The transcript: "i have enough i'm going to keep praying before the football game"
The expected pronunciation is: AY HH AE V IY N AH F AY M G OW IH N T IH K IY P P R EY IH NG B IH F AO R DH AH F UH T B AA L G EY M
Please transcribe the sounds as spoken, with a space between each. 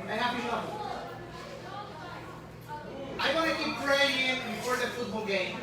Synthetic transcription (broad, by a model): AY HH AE P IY AH AY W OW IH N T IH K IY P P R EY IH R B IH F AO R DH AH F UH T B AA L G EY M